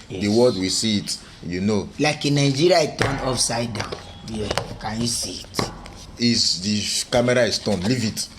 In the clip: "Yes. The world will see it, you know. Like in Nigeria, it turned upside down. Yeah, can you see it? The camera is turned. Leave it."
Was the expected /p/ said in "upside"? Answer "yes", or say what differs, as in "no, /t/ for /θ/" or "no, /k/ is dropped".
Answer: no, /f/ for /p/